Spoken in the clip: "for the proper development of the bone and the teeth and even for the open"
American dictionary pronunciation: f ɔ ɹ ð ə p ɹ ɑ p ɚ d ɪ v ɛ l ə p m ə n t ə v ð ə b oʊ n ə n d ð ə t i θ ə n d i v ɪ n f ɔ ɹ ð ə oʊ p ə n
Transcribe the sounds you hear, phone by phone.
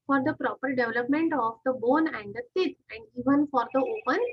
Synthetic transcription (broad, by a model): f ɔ ɹ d ə p ɹ ɑ p ɚ d ɪ v ɛ l ə p m ə n t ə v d ə b oʊ n ə n d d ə s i t ə n d i v ɪ n f ɔ ɹ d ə oʊ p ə n